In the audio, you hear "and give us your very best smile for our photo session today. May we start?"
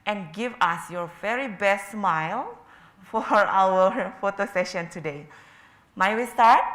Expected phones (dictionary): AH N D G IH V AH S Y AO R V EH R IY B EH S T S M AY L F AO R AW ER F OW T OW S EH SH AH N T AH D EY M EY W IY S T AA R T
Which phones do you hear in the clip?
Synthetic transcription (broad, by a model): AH N G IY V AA S Y AO R V EH R IY B EH S T S M AY L F AO R AW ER F OW T OW S EH SH AH N T AH D EY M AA W IY S T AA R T